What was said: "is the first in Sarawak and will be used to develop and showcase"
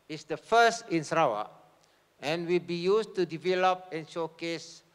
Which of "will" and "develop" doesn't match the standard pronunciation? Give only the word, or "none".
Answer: none